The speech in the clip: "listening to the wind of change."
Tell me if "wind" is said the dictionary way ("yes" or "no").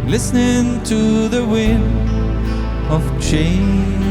no